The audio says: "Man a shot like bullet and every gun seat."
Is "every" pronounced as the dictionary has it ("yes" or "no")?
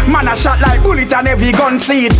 no